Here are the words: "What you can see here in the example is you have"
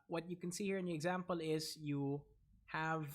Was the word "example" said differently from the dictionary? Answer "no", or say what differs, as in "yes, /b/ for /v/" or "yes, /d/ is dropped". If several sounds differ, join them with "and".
no